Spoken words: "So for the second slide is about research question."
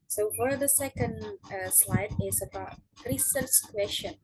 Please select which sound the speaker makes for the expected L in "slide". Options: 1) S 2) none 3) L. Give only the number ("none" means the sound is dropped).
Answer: 3